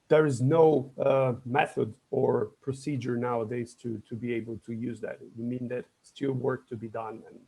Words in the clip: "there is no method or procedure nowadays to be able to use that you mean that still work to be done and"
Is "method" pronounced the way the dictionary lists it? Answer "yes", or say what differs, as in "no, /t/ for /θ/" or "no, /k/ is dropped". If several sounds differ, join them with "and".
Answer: yes